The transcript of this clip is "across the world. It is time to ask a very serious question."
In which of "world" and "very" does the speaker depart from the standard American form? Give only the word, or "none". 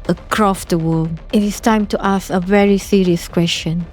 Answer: world